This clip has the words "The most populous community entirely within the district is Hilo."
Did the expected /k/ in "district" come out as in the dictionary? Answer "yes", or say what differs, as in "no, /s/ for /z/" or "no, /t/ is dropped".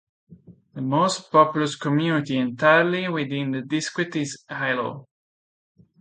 no, /k/ is dropped